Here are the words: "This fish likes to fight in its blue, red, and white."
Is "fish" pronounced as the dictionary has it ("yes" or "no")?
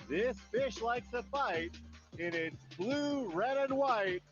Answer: yes